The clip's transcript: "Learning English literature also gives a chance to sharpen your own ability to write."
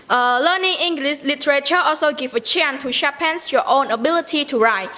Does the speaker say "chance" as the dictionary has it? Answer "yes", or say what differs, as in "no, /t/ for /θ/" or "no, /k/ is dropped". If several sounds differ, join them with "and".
no, /s/ is dropped